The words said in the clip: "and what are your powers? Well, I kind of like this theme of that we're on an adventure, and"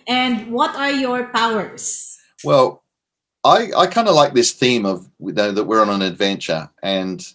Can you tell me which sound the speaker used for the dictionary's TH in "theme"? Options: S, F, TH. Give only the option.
TH